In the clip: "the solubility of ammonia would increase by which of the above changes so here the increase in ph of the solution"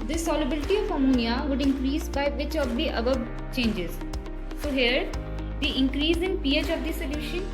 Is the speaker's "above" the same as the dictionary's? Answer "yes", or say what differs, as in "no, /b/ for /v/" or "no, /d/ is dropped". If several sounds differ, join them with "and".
no, /b/ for /v/